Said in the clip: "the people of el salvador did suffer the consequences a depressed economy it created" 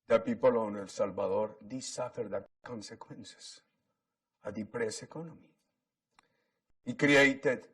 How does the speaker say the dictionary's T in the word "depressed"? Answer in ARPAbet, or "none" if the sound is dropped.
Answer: none